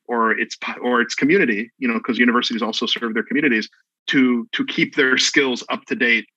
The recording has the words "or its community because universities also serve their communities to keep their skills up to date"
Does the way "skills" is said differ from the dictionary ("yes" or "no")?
no